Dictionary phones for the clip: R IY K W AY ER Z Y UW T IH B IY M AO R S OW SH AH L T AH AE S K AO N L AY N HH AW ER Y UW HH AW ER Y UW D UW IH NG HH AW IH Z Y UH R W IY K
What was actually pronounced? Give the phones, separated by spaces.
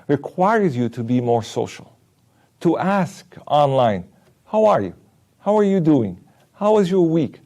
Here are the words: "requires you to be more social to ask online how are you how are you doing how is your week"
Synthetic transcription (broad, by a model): R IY K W AY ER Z Y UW T IH B IY M AO R S OW SH L T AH AE S K AO N L AY N HH AW ER Y UW HH AW ER Y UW D UW IH NG HH AW IH Z Y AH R W IY K